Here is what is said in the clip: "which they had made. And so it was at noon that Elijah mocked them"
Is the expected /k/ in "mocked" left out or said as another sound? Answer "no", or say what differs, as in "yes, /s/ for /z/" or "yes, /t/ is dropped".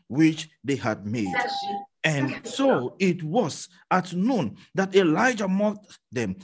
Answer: yes, /k/ is dropped